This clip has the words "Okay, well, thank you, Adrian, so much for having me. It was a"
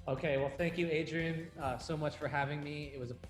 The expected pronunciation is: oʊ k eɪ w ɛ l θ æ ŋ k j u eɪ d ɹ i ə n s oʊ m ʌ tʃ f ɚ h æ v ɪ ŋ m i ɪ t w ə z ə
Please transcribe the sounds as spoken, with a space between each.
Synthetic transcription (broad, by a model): oʊ k eɪ w ɛ l θ æ ŋ k j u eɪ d ɹ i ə s oʊ m ʌ tʃ f ɚ h æ v ɪ ŋ m i ɪ t w ə z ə